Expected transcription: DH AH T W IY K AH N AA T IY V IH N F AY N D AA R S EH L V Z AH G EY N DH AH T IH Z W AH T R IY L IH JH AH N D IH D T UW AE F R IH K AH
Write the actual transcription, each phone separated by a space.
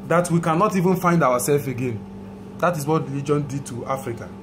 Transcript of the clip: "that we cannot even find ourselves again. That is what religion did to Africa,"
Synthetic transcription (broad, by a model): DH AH T W IY K AH N AA T IY V IH N F AY N D AA W S EH L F AH G EY N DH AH T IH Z W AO T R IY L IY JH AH N D IH D T UW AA F R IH K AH